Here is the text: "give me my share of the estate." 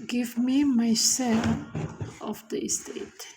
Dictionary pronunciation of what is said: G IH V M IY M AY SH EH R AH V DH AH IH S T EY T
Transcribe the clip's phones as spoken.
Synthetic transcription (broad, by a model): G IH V M IY M AY S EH L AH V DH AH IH S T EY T